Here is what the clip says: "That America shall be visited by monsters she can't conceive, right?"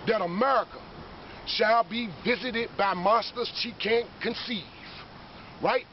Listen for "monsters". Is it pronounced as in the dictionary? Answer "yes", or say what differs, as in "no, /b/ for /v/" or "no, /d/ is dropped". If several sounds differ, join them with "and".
no, /n/ is dropped